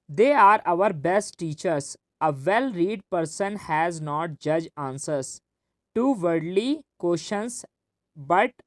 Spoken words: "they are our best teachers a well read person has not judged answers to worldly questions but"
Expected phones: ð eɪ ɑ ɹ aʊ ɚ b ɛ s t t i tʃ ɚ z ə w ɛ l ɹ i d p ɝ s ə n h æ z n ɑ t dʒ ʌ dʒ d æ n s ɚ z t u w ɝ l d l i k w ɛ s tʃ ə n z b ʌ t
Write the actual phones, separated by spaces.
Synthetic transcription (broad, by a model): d eɪ ɑ ɹ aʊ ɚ b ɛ s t t i tʃ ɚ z ə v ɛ l ɹ i d p ɝ s ə n h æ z n ɑ t dʒ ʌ dʒ ɑ n s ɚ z t u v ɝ d l i k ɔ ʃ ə n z b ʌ t